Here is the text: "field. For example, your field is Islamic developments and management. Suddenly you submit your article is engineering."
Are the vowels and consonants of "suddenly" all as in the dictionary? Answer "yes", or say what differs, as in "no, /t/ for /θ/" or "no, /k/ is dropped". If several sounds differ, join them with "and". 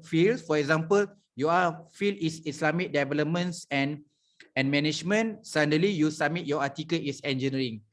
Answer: no, /n/ is dropped